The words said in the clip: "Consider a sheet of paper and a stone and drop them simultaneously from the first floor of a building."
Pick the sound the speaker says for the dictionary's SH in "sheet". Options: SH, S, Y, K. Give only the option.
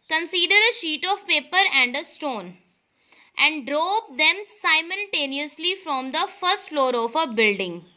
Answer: SH